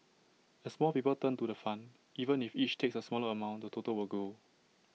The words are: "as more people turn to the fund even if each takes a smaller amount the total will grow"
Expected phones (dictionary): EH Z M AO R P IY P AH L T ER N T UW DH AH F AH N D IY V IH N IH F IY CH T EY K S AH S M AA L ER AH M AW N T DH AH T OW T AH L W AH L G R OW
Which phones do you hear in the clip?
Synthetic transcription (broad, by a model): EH S M AO L P IY P AH L T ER N T UW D AH F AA N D IY V IH N IH F IY CH T EY K S AH S M AA L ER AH M AW N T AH T OW T AH L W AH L G OW